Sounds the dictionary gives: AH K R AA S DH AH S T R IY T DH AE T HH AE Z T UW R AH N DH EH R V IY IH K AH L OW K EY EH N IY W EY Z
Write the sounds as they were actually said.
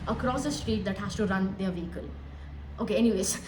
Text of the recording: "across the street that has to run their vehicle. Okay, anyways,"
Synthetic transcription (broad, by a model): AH K R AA S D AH S T R IY T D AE T HH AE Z T UW R AH N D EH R V IY IH K AH L OW K EY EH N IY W EY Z